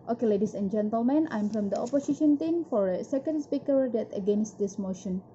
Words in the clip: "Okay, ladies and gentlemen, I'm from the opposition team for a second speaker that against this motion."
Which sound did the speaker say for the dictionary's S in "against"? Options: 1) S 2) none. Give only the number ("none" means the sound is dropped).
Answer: 1